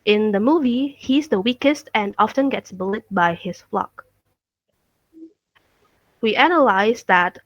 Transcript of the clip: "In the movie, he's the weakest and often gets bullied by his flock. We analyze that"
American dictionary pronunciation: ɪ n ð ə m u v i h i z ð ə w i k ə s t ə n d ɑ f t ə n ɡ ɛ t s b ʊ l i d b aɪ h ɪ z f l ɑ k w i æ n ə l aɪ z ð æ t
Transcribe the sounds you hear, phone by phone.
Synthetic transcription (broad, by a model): ɪ n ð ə m u v i h i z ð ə w i k ə s t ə n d ɑ f t ə n ɡ ɛ t s b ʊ l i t b aɪ h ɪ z f l ɑ k w i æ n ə l aɪ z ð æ t